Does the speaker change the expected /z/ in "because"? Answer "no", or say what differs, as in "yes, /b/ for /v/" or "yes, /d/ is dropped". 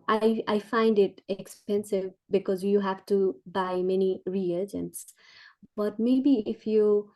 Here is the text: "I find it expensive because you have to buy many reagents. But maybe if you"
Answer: no